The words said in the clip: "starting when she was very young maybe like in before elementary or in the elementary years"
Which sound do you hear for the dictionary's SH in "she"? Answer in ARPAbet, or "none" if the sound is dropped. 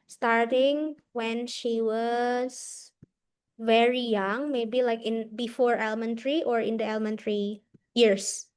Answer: SH